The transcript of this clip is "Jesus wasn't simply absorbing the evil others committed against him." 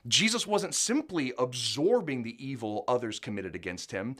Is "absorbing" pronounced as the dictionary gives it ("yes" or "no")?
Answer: yes